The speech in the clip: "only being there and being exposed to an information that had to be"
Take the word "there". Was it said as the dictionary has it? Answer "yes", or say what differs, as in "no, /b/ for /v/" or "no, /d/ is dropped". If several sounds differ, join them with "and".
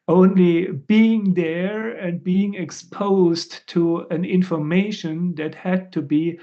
yes